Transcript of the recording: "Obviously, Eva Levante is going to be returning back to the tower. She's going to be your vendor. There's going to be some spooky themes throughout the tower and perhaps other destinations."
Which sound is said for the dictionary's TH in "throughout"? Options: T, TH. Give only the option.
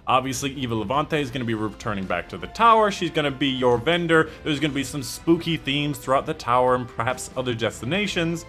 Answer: TH